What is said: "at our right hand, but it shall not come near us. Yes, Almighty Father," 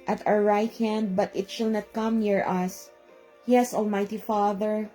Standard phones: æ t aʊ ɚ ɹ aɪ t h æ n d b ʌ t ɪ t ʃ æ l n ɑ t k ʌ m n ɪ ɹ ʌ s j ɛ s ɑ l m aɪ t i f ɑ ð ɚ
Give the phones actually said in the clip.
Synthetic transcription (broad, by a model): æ t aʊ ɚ ɹ aɪ t h æ n d b ʌ t ɪ t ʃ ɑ l n ɑ t k ʌ m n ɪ ɹ ʌ s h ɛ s ɑ l m aɪ t i f ɑ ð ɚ